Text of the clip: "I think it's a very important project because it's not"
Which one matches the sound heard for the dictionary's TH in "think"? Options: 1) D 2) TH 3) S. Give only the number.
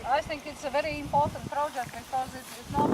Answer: 2